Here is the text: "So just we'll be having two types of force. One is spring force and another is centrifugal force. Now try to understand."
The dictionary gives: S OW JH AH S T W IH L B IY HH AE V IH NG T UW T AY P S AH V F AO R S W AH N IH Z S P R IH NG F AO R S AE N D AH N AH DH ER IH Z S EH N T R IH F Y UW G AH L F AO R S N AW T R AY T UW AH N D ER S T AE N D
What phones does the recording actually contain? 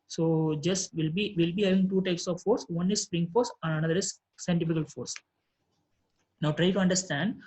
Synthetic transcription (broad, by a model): S OW JH AH S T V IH L B IY HH AE V IH NG T UW T AY P S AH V F AO R S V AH N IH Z S P R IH NG F AO R S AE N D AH N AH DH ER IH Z S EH N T IH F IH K AH L F AO R S N AW T R AY T UW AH N D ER S T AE N D